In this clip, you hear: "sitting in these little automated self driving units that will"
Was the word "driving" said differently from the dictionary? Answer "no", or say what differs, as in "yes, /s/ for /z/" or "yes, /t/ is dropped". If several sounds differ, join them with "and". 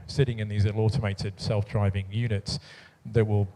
no